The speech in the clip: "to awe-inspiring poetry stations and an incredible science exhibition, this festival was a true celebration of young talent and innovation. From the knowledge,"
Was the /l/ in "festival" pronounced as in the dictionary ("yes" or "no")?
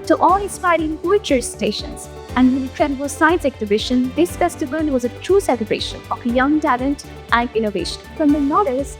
no